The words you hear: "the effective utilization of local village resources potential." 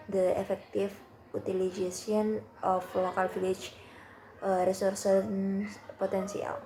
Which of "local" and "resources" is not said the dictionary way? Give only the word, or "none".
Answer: resources